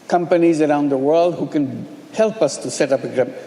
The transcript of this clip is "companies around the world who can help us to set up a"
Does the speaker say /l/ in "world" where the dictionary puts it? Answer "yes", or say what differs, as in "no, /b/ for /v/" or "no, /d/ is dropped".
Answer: yes